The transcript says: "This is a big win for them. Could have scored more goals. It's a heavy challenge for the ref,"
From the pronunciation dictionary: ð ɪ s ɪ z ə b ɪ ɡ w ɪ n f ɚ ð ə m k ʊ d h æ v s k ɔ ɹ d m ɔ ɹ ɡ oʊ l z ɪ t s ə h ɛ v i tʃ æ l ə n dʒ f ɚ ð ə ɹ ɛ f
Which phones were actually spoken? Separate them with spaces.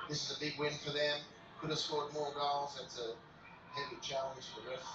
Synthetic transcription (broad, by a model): ð ɪ s ɪ z ə b ɪ ɡ w ɪ n f ɚ ð ə m k ʊ d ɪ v s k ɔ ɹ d m ɔ ɹ ɡ oʊ l z ɪ t s ə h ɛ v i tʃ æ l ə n z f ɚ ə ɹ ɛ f